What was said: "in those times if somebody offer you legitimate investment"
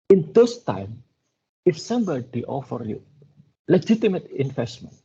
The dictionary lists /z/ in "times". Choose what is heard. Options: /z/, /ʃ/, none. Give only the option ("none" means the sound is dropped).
none